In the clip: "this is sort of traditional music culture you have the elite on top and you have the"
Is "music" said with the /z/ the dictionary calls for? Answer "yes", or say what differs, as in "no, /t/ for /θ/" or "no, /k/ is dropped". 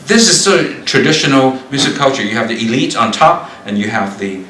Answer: no, /s/ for /z/